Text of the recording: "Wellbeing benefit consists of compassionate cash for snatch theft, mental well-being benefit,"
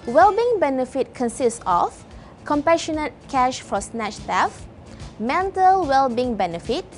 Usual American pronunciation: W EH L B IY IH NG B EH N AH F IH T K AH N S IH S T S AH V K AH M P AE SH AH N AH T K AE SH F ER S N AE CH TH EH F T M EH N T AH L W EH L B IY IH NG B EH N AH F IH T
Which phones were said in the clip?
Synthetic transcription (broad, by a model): W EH L B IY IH NG B EH N AH F IH T K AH N S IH S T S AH F K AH M P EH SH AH N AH T K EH SH F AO S N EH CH T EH F M EH N T AH L W EH L B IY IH NG B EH N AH F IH T